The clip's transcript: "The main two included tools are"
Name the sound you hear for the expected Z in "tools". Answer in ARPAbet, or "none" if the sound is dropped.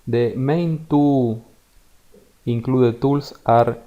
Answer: S